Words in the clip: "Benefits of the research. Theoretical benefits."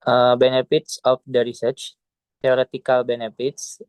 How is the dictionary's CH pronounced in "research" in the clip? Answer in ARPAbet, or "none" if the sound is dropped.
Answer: CH